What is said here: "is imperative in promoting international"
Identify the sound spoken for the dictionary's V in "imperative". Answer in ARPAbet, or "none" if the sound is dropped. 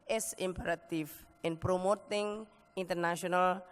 F